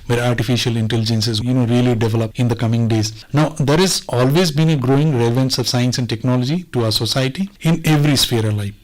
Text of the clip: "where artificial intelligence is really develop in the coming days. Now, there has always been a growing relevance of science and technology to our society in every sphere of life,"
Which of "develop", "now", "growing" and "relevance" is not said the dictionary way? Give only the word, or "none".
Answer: none